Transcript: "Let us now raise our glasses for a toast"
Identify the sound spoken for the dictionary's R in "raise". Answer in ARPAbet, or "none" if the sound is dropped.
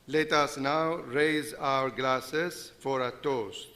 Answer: R